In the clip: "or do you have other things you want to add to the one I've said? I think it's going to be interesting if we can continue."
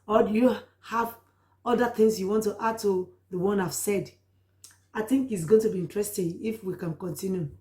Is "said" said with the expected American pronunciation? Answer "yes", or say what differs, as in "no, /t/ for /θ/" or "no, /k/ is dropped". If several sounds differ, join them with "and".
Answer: yes